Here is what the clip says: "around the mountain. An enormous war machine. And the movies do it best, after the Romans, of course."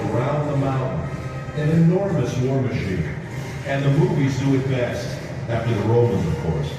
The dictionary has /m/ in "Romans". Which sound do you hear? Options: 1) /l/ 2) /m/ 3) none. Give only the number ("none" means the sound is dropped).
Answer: 2